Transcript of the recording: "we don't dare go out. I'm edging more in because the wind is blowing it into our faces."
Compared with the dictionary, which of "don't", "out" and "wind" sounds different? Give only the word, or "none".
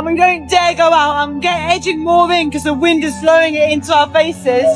none